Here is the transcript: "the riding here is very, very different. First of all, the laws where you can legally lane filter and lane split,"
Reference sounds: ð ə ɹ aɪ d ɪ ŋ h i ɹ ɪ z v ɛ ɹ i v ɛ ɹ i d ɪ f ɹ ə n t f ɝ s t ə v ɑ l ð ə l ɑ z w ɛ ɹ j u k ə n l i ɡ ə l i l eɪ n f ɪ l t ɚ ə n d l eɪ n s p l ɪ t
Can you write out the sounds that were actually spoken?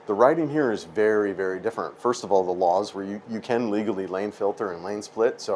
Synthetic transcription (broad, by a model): ð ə ɹ aɪ d ɪ ŋ h i ɹ ɪ z v ɛ ɹ i v ɛ ɹ i d ɪ f ɹ ə n t f ɝ s t ə v ɑ l ð ə l ɑ z w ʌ ɹ j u k ə n l i ɡ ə l i l eɪ n f ɪ l t ɚ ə n l eɪ n s p l ɪ t